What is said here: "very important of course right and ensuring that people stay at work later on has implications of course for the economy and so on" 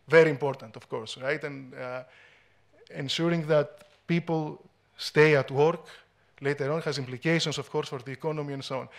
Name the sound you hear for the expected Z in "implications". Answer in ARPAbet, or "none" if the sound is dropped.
S